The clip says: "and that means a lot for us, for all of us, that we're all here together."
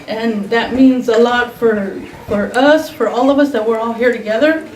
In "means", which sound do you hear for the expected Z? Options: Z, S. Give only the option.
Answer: Z